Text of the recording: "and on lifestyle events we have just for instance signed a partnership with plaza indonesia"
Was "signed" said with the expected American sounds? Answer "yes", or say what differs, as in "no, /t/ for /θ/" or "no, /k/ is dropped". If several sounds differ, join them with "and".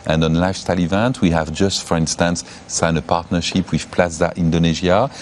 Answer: no, /d/ is dropped